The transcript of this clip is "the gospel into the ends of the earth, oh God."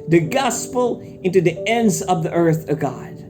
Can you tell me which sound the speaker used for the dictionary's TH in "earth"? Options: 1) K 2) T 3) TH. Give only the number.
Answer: 3